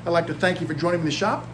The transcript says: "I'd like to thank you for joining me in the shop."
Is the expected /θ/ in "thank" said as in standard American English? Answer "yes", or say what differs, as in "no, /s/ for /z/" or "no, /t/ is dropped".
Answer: yes